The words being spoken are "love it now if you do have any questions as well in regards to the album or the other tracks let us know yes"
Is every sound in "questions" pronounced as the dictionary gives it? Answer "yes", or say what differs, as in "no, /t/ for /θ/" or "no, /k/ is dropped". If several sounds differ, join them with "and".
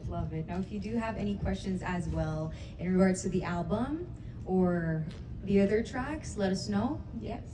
yes